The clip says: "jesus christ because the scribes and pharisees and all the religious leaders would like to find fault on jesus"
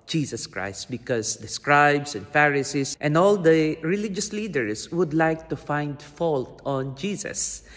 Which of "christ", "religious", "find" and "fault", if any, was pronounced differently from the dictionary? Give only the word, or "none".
none